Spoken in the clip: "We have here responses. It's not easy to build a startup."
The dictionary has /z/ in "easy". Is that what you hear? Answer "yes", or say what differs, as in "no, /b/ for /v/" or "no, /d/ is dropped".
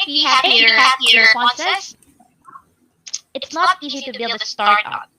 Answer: yes